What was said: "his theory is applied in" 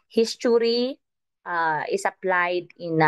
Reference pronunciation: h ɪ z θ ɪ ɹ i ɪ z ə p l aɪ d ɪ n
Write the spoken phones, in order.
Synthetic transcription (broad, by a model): h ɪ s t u ɹ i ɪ s ə p l aɪ d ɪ n